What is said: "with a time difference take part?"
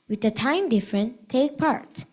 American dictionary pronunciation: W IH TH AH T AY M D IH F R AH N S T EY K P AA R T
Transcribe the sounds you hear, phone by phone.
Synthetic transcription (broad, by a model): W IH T AH T AY M D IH F R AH N T EY K P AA R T